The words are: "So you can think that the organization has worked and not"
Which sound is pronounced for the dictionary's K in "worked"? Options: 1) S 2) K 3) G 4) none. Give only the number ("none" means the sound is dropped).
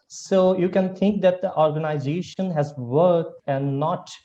4